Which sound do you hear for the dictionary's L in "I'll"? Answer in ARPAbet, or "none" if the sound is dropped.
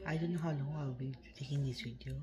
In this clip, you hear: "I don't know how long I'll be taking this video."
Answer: W